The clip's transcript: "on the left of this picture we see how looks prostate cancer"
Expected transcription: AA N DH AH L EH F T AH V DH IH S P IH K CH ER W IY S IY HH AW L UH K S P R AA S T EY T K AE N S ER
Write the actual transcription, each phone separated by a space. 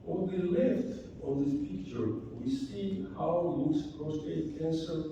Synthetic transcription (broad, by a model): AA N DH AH L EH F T AH V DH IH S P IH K CH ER W IY S IY HH AW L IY S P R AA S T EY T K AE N S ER